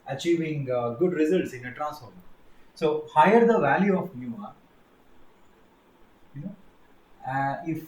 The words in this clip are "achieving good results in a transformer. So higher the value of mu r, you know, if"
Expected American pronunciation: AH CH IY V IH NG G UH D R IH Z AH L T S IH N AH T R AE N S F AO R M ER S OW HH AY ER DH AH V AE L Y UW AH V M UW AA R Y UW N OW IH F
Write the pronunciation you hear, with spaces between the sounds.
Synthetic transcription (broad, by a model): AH CH IY V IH NG G UH D R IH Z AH L T S IH N AH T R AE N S AO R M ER S OW HH AY ER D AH V AE L Y UW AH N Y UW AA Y N OW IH F